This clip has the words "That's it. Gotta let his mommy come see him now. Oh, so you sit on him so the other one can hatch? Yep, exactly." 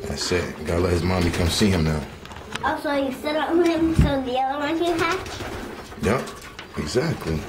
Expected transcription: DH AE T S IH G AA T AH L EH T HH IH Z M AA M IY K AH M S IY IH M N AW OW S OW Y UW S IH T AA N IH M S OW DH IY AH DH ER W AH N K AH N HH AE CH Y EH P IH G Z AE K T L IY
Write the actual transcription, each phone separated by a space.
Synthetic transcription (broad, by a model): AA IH S IH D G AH L EH T HH IH Z M AA M IY K AH M S IY IH M N AW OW S OW Y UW S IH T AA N IH M S OW DH IY AH DH ER W AH N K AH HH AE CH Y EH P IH G Z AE K T L IY